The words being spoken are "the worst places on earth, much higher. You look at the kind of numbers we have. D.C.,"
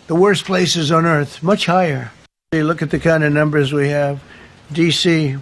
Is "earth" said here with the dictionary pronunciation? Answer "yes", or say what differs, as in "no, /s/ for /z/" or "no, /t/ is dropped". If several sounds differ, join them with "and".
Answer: yes